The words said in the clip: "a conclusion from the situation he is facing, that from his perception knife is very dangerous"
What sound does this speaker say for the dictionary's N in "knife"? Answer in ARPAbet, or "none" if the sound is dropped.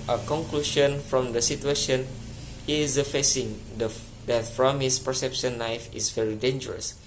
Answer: L